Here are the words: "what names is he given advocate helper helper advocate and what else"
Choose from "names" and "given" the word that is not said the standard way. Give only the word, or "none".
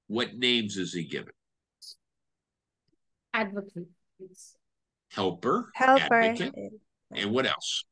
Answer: none